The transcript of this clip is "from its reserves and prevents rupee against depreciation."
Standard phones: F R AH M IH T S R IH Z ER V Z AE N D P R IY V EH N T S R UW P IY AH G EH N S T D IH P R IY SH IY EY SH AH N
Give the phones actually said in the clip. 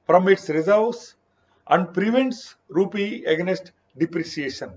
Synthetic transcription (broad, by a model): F R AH M IH T S R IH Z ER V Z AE N D P R IY V EH N T S R UW P IY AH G N S T D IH P R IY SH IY EY SH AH N